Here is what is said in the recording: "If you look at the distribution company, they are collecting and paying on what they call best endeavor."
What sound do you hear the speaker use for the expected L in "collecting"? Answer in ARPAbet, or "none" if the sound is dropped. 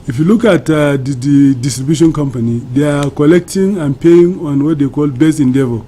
L